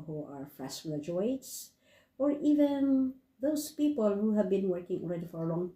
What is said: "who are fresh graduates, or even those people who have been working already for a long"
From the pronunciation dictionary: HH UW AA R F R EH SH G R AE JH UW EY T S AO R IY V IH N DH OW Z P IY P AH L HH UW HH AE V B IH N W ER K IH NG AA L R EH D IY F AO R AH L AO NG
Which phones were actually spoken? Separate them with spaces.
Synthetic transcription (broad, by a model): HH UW AA R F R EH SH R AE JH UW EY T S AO R IY V IH N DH OW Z P IY P AH L HH UW HH AE V B IH N W ER K IH NG AA L R EH D IY F AO R AH L AO NG